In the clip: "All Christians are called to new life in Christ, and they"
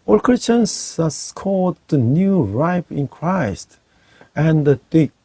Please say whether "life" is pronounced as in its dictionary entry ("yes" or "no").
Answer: no